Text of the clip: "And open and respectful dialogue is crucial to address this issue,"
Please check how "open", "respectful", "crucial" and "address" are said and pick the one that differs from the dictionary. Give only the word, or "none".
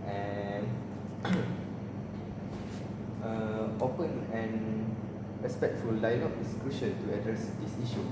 crucial